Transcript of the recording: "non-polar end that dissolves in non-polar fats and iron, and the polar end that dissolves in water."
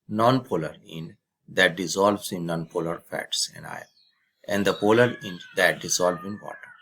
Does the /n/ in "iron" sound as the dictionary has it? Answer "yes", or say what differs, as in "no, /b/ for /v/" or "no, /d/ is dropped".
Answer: no, /n/ is dropped